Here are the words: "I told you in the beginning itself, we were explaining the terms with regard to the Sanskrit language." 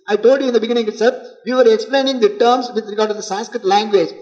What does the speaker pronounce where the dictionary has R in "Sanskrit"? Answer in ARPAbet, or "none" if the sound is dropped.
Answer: R